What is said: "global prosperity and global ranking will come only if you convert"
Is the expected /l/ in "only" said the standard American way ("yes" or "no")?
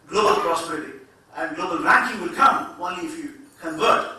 yes